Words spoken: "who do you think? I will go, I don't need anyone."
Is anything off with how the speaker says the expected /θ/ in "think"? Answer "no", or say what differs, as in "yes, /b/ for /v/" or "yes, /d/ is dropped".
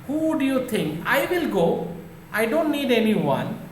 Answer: yes, /t/ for /θ/